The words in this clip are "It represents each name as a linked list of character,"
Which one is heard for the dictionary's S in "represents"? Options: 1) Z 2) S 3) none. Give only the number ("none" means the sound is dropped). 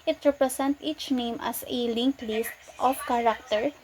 3